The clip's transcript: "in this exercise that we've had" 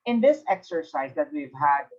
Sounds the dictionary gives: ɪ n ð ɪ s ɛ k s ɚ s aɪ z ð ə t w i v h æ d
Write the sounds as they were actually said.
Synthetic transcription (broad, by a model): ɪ n ð ɪ s ɛ k s ɚ s aɪ z ð ə t w i v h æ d